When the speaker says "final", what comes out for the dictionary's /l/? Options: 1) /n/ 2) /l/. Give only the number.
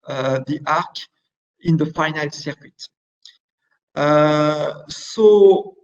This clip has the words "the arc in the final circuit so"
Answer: 2